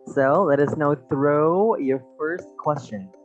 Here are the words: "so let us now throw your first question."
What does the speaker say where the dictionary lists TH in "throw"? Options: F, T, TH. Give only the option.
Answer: TH